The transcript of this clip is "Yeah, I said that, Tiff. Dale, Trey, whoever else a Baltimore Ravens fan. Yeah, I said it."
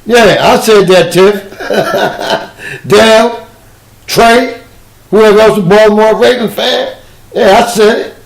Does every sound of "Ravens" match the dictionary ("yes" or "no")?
no